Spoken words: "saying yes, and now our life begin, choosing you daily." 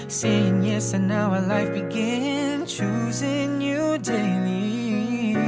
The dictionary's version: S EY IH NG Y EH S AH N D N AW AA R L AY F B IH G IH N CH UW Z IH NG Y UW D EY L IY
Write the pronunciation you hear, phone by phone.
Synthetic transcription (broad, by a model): S EY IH NG Y EH S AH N N AW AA L AY F B IH G IH N CH UW Z IH NG Y UW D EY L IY